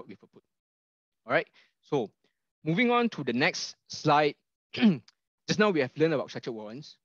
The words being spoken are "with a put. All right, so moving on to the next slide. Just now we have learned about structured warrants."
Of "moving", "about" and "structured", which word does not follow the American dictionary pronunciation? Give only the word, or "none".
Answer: structured